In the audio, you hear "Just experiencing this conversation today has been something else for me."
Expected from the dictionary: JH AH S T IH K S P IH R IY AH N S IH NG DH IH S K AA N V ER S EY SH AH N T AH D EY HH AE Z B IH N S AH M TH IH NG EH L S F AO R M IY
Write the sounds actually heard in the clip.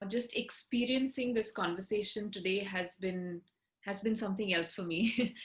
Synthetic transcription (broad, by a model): JH AH S T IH K S P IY R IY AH N S IH NG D IH S K AA N V ER S EY SH AH N T AH D EY HH AE Z B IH N S AH M T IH NG EH L S F AO R M IY